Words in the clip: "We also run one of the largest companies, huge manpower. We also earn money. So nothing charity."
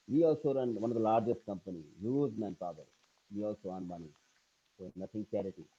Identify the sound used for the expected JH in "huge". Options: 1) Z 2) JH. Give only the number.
1